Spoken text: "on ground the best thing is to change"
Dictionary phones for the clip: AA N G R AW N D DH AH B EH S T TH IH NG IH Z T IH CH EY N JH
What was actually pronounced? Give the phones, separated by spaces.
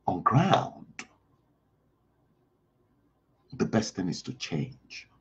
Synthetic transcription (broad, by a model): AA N G R AW N D DH AH B EH S T TH IH NG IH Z T IH CH EY N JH